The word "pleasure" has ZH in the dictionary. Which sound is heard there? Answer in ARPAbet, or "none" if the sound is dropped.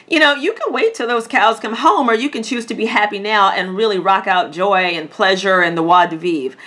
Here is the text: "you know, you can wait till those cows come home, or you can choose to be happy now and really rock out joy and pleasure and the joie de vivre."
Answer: ZH